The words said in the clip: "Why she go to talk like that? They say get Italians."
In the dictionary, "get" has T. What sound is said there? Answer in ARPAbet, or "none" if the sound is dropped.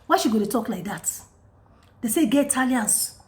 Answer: none